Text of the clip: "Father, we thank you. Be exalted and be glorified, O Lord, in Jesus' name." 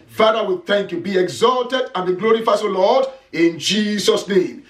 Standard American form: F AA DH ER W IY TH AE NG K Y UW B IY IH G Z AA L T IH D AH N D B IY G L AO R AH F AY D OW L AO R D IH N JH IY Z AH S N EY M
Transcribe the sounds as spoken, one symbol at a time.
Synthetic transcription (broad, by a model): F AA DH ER W IY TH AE NG K Y UW B IY IH G Z AA L T IH D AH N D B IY G L AO R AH F AY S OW L AO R D IH N JH IY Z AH S N EY M